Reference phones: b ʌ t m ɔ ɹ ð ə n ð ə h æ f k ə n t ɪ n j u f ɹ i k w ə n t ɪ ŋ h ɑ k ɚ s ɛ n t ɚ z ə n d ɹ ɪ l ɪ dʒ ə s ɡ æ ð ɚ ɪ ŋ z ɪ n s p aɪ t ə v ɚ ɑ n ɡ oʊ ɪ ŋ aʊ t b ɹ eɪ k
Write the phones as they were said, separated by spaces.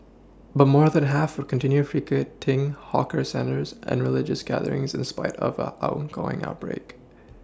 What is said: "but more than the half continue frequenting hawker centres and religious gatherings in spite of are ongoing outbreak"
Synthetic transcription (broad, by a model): b ʌ t m ɔ ɹ ð ə n h æ f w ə n t ɪ n j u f ɹ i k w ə t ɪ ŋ h ɑ k ɚ s ɛ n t ɚ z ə n ɹ ɪ l ɪ dʒ ə s ɡ æ ð ɚ ɪ ŋ z ɪ n s p aɪ t ə v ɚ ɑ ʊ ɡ oʊ ɪ ŋ aʊ t b ɹ eɪ k